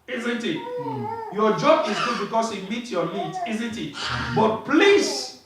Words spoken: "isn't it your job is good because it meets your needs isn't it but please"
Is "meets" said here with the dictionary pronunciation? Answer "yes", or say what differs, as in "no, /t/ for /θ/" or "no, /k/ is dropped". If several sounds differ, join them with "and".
no, /s/ is dropped